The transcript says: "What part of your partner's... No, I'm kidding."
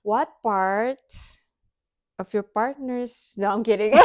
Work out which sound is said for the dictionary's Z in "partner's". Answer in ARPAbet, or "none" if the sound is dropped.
S